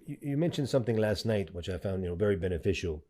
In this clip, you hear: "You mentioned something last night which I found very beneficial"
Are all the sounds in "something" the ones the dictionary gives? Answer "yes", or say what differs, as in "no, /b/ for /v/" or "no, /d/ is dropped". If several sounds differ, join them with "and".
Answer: yes